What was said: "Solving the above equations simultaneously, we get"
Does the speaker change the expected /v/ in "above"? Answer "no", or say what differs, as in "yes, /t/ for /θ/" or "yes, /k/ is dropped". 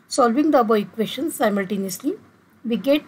yes, /v/ is dropped